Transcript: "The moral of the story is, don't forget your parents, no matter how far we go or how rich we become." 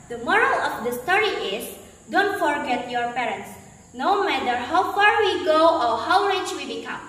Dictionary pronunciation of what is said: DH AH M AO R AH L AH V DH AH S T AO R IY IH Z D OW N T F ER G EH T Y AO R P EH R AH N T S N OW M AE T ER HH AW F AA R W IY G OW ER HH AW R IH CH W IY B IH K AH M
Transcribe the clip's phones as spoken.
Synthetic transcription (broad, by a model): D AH M AO R AH L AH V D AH S T AO R IY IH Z D OW N T F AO G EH T Y AO R P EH R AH N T S N OW M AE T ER HH AW F AA R W IY G OW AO HH AW L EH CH W IY B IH K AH M